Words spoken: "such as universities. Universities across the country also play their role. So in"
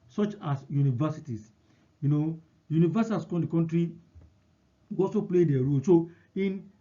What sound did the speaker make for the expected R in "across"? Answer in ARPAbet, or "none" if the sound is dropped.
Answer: none